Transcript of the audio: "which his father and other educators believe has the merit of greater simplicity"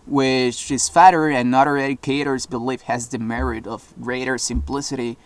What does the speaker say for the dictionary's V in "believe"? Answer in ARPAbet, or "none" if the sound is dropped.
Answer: F